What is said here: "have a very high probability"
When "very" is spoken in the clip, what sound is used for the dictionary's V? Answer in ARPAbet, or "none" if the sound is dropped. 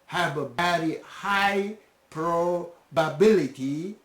B